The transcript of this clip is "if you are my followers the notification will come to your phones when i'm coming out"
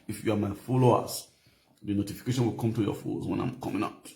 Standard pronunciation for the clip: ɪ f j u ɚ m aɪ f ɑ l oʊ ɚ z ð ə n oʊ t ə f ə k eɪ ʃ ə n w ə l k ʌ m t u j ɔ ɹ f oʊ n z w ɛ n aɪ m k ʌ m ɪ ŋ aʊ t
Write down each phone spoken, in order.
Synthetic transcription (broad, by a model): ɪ f j u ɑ m aɪ f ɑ l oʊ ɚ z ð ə n oʊ t ə f ə k eɪ ʃ ə n w ə l k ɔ m t u j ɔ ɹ f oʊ z w ɛ n aɪ m k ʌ m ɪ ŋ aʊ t